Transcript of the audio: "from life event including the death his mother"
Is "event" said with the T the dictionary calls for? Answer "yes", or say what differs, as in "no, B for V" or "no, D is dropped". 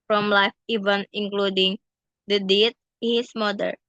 no, T is dropped